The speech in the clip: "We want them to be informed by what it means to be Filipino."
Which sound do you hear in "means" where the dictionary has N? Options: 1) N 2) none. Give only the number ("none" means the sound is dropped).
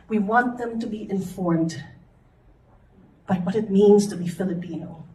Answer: 1